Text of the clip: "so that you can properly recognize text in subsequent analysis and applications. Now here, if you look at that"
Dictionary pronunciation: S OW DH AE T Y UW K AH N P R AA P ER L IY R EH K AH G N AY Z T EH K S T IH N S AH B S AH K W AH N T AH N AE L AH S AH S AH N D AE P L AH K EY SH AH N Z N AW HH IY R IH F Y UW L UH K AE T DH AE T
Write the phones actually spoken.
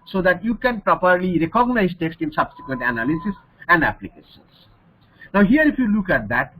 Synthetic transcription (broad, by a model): S OW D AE T Y UW K AH N P R AA P ER L IY R EH K AH G N AY Z T EH K S T IH N S AH B S AH K W AH N T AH N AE L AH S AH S AH N D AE P L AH K EY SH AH N S N AW HH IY R IH F Y UW L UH K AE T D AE T